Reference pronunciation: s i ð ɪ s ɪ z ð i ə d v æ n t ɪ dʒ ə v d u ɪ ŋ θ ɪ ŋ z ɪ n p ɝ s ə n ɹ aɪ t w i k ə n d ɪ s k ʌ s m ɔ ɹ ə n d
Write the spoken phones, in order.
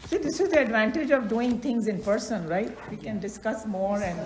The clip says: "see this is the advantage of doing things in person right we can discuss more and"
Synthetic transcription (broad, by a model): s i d ɪ s ɪ z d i ə d v æ n t ɪ dʒ ə v d u ɪ ŋ t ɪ ŋ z ɪ n p ɝ s ə n ɹ aɪ t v i k ə n d ɪ s k ʌ s m ɔ ɹ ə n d